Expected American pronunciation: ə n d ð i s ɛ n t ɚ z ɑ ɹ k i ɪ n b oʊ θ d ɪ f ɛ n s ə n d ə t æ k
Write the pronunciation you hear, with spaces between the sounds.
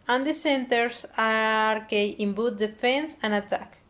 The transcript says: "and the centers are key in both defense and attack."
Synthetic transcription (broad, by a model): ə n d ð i s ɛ n t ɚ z ɑ ɹ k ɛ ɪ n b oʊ t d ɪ f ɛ n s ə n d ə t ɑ k